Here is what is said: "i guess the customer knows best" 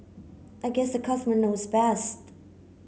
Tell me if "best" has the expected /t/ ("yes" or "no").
yes